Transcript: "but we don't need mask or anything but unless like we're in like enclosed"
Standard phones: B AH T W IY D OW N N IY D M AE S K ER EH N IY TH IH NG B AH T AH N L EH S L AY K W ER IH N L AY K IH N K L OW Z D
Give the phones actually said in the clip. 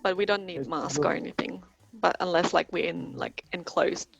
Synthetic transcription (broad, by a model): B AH T W IY D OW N N IY D M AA S K ER EH N IY TH IH NG B AH T AH N L EH S L AY K W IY IH N L AY K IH N K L OW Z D